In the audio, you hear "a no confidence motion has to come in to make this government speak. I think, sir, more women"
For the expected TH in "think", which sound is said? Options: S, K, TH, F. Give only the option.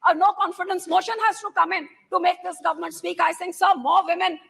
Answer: S